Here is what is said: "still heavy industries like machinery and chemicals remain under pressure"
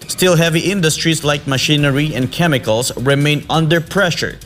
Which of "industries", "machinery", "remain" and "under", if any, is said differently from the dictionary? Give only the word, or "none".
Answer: industries